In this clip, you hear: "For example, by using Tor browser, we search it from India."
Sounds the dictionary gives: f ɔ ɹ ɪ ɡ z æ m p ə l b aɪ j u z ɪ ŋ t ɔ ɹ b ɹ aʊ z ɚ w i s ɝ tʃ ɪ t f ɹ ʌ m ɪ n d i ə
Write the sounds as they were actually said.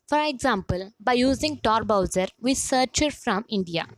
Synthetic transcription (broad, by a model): f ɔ ɹ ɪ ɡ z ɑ m p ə l b aɪ j u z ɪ ŋ t ɔ ɹ b aʊ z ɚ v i s ɝ tʃ ɪ t f ɹ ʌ m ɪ n d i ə